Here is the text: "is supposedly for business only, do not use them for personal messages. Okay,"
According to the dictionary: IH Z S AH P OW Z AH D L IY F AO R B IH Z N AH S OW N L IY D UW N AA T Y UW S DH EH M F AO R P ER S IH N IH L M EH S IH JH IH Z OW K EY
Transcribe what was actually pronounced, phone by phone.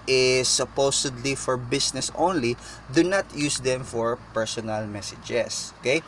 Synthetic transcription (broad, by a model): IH S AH P OW S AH D L IY F AO R B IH S N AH S OW N L IY D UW N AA T Y UW S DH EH M F AO R P ER S IH N IH L M EH S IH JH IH S OW K EY